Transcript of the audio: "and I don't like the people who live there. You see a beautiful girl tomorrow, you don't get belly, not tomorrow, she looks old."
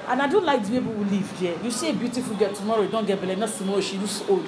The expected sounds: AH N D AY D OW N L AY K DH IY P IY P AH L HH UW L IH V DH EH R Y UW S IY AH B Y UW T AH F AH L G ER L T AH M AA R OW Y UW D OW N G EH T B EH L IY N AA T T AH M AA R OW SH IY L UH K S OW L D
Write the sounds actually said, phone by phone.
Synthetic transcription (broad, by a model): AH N AY D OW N L AY K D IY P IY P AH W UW L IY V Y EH Y UW S IY AH B Y UW T AH F AH L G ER T AH M AA R OW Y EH D OW N G EH T B EH L IY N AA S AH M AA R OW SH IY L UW S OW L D